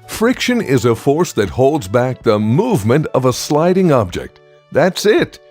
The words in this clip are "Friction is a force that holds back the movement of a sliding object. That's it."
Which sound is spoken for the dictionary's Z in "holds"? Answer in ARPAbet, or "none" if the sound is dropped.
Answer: Z